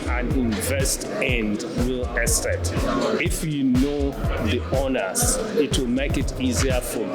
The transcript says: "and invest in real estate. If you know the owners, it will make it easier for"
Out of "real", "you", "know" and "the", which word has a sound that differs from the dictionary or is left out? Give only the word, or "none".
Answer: real